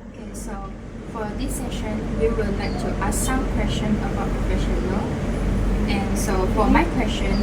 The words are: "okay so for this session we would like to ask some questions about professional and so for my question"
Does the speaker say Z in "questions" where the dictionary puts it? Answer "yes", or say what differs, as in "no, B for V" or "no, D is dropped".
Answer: no, Z is dropped